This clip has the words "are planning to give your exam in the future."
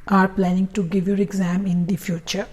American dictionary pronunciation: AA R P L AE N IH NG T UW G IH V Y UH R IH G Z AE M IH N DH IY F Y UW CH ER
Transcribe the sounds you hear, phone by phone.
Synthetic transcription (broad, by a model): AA R P L AE N IH NG T UW G IH V Y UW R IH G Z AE M IH N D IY F Y UW CH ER